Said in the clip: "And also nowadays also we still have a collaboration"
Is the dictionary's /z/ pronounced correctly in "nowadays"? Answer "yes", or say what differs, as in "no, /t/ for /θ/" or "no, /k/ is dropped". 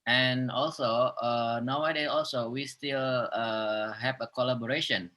no, /z/ is dropped